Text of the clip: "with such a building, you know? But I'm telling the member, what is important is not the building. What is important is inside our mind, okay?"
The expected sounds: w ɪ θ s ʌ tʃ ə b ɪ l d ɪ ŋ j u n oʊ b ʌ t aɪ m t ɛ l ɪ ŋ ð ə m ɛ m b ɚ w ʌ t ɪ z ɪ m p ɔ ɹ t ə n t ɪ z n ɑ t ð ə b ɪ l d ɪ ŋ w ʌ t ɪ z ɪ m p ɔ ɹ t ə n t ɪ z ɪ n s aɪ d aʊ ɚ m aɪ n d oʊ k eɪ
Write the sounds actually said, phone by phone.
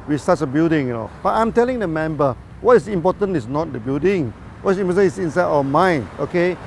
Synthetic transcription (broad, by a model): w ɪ s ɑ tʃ ə b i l d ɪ ŋ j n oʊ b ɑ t aɪ m t ɛ l ɪ ŋ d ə m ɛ m b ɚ w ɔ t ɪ s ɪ m p ɔ t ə n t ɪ s n ɑ t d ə b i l d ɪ ŋ w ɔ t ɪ s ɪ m p ɔ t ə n ɪ s ɪ n s aɪ d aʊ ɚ m aɪ n oʊ k eɪ